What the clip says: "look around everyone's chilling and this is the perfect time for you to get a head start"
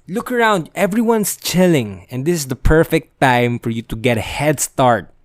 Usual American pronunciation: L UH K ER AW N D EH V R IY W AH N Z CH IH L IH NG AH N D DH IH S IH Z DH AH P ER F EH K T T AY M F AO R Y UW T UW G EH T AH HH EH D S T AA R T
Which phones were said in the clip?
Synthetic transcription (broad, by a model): L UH K ER AW N D EH V R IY W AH N S CH IH L IH NG AH N D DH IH S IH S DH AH P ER F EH K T T AY M F AO R Y UW T UW G EH T AH HH EH D S T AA R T